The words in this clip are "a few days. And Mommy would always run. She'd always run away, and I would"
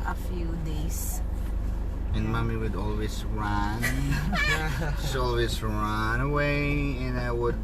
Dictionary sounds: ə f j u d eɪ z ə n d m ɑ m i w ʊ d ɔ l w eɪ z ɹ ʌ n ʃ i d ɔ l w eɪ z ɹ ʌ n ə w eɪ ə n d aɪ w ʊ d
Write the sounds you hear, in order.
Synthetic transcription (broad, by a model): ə f j u d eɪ s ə n m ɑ m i w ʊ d ɔ l w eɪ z ɹ ʌ n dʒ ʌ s ɔ l w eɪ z ɹ ʌ n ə w eɪ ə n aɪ w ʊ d